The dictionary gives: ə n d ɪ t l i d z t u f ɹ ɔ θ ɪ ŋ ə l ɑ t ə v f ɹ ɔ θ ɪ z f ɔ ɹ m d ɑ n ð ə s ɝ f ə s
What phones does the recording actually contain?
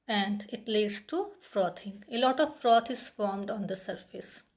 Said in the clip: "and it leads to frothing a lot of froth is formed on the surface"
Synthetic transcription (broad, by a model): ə n d ɪ t l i d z t u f ɹ ɔ t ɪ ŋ ə l ɑ t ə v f ɹ ɔ t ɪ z f ɔ ɹ m d ɑ n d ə s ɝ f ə s